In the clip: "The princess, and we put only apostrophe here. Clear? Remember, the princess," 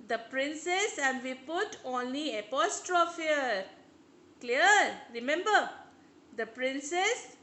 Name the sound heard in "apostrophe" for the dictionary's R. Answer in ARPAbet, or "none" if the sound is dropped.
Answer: R